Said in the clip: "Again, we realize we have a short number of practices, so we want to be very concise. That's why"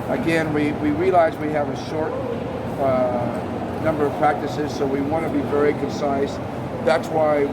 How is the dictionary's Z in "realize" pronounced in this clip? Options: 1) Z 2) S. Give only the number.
1